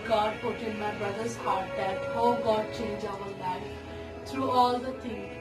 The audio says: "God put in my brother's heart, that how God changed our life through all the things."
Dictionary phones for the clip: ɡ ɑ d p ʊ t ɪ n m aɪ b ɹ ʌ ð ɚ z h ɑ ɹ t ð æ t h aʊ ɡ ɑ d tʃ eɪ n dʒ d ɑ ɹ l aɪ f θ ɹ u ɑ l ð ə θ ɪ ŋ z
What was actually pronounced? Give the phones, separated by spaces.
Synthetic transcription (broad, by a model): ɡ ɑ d p ʊ t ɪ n m aɪ b ɹ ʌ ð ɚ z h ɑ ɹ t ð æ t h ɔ ɡ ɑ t tʃ eɪ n dʒ ɑ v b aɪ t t ɹ u ɑ l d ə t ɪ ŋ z